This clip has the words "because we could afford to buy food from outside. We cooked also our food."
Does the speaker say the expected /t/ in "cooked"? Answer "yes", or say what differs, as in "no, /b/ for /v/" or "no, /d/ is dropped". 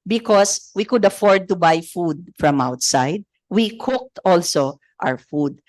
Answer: yes